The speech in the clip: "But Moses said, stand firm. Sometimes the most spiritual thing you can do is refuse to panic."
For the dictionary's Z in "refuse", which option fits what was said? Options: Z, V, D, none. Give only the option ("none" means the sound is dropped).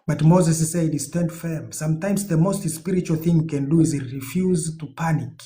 Z